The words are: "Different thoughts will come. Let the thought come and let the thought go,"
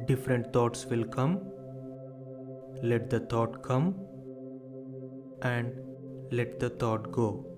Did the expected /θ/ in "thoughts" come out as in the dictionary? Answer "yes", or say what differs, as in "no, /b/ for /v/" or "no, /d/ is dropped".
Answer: no, /t/ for /θ/